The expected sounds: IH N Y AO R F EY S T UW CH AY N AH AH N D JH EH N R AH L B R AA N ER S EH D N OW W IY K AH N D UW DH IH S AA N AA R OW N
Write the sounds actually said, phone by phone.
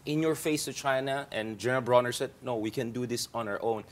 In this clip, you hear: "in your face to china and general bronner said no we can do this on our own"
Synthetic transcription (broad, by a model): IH N Y AO R F EY S T UW CH AY N AH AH N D JH EH N R AH L B R AA N ER S EH D N OW W IY K AH N D UW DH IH S AA N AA R OW N